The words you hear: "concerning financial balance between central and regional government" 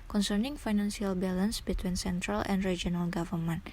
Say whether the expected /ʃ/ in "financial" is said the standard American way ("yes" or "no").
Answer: no